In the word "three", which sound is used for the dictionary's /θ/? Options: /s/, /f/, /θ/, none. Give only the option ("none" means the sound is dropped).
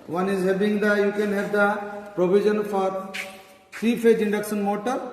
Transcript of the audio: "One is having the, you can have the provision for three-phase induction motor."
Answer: /f/